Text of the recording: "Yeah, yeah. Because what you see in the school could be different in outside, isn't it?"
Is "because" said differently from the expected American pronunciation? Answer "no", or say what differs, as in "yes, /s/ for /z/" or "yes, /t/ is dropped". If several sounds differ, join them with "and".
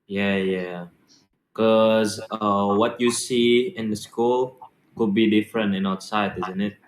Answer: yes, /z/ is dropped